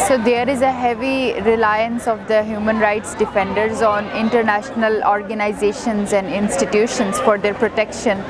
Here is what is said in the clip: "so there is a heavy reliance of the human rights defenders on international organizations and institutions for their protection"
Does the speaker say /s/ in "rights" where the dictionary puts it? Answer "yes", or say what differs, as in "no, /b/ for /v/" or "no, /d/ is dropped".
yes